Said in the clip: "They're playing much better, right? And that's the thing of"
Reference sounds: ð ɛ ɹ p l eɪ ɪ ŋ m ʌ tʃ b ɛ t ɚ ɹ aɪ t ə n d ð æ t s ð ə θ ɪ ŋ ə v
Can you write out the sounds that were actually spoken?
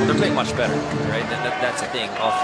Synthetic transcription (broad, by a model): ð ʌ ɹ p l eɪ ɪ ŋ m ʌ tʃ b ɛ t ɚ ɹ aɪ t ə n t ð æ t s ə θ ɪ ŋ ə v